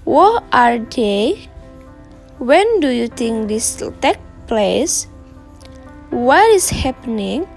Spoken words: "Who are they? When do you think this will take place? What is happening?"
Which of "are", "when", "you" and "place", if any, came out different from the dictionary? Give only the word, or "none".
none